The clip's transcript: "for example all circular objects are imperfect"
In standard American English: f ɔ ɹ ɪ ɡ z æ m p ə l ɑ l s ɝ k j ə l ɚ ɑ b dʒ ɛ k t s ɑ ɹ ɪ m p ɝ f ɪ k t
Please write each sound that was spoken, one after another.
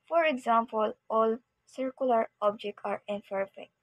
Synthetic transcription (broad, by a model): f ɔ ɹ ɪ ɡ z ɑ m p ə l ɑ l s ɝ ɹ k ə l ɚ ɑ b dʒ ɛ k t ɑ ɹ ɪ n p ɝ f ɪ k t